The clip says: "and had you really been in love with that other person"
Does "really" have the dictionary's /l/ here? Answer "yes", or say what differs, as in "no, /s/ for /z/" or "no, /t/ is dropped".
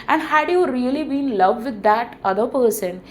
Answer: no, /l/ is dropped